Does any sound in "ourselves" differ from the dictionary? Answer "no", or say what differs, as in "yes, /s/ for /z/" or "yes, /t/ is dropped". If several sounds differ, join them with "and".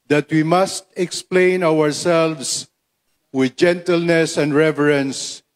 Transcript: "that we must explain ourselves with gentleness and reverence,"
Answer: yes, /s/ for /z/